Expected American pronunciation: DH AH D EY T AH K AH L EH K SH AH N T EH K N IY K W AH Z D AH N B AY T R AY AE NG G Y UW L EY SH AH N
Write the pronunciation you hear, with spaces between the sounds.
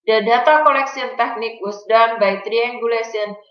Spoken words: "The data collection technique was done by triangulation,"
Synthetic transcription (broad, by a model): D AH D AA T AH K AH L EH K S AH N T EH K N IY K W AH S D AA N B AY T R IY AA NG G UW L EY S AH N